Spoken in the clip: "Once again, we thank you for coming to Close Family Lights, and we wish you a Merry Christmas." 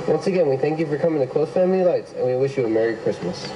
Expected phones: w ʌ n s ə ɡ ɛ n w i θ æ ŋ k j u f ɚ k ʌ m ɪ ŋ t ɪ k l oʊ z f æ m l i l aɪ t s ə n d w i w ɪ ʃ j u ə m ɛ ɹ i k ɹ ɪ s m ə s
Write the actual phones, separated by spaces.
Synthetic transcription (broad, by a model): w ʌ n s ə ɡ ɛ n w i θ æ ŋ k j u f ɚ k ʌ m ɪ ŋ t ɪ k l oʊ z f æ m l i l aɪ t s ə n w i w ɪ ʃ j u ə m ɛ ɹ i k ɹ ɪ s m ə s